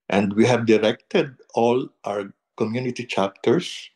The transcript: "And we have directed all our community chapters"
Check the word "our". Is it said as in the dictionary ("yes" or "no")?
no